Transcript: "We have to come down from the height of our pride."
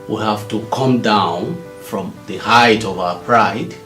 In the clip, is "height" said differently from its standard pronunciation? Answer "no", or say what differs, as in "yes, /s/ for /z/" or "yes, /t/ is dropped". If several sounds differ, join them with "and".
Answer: no